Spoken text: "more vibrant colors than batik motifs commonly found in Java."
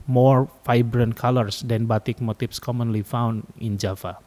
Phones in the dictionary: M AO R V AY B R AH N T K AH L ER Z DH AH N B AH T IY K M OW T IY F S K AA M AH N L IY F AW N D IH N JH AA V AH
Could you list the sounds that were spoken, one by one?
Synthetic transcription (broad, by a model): M AO R F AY B R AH N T K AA L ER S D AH N B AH T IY K M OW T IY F S K AA M AH N L IY F AW N D IH N JH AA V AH